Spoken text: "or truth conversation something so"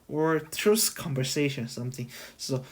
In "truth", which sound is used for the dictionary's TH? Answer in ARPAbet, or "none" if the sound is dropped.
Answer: S